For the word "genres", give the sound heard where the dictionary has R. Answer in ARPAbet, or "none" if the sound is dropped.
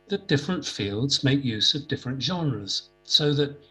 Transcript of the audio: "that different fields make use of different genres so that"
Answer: R